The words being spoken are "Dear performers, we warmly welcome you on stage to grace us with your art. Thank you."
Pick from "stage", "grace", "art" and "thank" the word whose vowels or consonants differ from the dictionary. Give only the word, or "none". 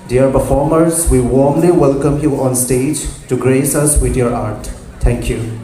thank